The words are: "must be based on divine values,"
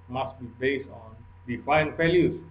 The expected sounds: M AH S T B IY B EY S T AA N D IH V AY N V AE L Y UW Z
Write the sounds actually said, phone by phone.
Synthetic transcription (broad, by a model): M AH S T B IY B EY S AA N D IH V AY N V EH L Y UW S